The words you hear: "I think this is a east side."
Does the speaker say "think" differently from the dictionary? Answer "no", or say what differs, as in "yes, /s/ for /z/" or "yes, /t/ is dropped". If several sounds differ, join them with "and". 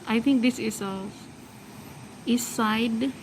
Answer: yes, /t/ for /θ/